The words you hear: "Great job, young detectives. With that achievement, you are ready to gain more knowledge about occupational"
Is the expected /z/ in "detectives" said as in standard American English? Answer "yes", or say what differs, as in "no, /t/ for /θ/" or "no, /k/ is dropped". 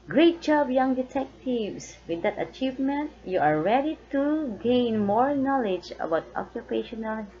no, /s/ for /z/